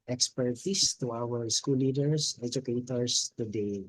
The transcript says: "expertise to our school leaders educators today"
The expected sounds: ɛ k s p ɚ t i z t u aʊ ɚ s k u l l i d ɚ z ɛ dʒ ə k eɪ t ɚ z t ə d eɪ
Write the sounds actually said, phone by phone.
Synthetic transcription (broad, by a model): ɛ k s p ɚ t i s t u aʊ ɚ s k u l l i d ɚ s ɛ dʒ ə k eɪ t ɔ s t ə d eɪ